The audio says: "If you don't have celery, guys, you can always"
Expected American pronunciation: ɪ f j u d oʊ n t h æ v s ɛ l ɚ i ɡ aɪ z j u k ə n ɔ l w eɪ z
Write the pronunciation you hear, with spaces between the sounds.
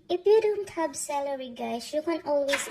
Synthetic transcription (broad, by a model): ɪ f j u d oʊ n t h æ b s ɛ l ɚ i ɡ aɪ s j u k ə n ɔ l w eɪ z